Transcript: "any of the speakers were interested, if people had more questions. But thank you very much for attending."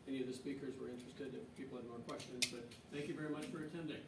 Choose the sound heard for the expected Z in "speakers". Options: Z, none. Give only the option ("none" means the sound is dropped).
Z